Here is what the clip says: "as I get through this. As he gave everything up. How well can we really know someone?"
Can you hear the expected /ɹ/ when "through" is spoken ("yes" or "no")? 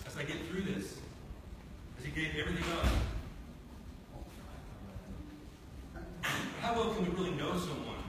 yes